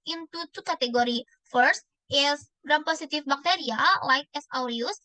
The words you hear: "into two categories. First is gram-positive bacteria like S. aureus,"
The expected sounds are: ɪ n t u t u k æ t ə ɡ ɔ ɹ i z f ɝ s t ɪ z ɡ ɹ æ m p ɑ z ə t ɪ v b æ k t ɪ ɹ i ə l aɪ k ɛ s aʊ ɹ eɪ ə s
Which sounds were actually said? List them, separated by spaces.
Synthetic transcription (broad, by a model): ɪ n t u t u k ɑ t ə ɡ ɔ ɹ i f ɝ s t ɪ s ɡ ɹ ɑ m p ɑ s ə t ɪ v b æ k t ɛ ɹ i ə l aɪ k ɛ s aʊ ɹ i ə s